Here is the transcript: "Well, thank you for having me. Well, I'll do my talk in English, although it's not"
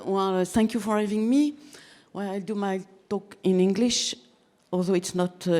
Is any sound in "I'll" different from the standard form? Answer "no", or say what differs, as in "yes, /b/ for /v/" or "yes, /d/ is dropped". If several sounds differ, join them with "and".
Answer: no